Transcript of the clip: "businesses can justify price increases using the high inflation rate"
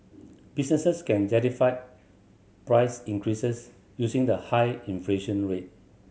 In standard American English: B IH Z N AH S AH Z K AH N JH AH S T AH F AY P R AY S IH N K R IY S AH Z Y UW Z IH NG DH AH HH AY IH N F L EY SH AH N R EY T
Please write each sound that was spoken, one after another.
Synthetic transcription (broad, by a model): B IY S N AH S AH S K AH N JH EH T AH F AY P R AY S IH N K R IY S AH S Y UW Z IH NG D AH HH AY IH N F L EY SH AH N R EY T